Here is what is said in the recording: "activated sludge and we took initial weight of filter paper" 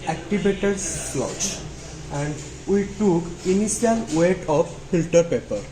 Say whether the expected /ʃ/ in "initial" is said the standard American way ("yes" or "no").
no